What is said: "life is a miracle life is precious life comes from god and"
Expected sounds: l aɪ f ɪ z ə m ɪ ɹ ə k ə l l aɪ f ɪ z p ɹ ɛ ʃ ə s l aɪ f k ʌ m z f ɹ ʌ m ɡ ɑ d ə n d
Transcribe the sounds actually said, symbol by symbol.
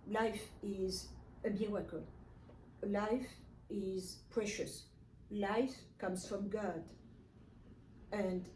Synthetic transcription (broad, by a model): l aɪ f ɪ z ə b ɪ w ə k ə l l aɪ f ɪ z p ɹ ɛ ʃ ə s l aɪ f k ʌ m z f ɹ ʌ m ɡ ɑ d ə n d